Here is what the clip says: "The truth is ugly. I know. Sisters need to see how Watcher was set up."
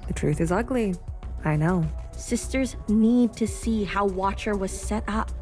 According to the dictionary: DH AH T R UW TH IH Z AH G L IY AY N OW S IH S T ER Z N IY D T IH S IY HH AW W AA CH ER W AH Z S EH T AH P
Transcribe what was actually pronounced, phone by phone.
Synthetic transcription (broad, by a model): DH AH T R UW TH IH Z AH G L IY AY N OW S IH S T ER Z N IY D T IH S IY HH AW W AA CH ER W AH Z S EH T AH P